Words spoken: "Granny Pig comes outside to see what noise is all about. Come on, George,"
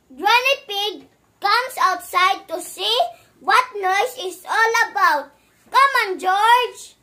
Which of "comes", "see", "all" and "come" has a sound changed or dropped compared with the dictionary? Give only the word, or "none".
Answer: comes